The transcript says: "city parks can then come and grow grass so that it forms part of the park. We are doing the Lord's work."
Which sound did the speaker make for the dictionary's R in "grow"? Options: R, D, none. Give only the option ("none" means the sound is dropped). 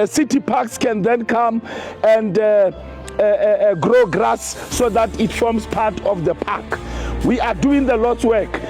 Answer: R